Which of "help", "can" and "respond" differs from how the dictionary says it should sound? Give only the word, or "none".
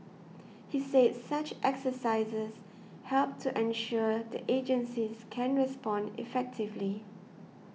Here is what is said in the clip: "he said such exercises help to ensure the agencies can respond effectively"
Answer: none